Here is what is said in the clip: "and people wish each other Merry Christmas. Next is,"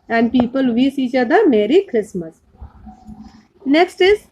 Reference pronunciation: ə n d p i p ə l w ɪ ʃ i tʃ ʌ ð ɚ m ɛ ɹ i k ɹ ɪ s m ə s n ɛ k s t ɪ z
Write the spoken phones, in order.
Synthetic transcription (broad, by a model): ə n d p i p ə l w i s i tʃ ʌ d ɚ m ɛ ɹ i k ɹ ɪ s m ə s n ɛ k s t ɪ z